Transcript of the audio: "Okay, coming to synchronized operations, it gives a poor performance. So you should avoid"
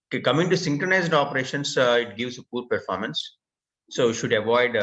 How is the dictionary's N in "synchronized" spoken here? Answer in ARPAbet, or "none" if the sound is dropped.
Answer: N